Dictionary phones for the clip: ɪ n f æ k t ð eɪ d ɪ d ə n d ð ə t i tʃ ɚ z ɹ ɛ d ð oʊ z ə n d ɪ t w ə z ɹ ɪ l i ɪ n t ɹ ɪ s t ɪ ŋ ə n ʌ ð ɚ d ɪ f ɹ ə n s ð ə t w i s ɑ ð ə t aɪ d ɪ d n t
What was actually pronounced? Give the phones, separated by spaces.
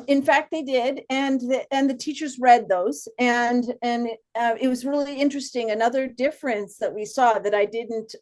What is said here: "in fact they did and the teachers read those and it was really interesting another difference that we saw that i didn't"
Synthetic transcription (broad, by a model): ɪ n f æ k t ð eɪ d ɪ d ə n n ð ə t i tʃ ɚ z ɹ ɛ d ð oʊ z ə n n ɪ t w ə z ɹ ɪ l i ɪ n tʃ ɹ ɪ s t ɪ ŋ ə n ʌ ð ɚ d ɪ f ɹ ə n s ð ə t w i s ɑ ð ə t aɪ d ɪ d n t